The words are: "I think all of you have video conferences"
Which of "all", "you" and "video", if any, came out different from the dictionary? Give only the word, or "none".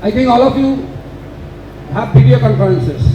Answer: video